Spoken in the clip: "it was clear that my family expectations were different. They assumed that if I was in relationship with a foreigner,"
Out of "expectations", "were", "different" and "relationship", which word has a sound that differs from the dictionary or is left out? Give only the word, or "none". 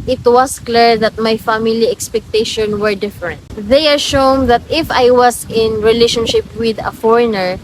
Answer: expectations